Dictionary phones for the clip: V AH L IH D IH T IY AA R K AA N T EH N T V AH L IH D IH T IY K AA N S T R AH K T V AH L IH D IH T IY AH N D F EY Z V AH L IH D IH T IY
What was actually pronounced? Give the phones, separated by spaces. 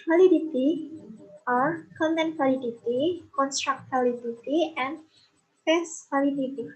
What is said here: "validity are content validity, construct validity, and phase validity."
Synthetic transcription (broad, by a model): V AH L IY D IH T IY AA R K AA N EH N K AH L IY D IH T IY K AA N S T R AH K T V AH L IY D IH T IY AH N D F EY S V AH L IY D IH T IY